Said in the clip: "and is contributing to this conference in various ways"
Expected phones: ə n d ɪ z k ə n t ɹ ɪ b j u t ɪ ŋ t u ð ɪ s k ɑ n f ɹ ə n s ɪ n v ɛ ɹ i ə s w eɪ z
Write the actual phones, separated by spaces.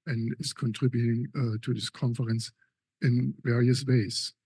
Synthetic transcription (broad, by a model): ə n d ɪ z k ə n t ɹ ɪ b j u t ɪ ŋ t u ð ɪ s k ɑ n f ɹ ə n s ɪ n v ɛ ɹ i ə s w eɪ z